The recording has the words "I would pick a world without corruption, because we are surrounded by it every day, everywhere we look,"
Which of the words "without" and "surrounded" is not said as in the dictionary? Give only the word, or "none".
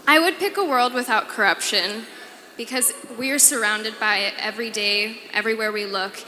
none